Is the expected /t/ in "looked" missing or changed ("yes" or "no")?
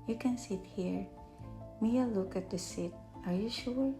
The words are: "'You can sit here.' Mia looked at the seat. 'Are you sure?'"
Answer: yes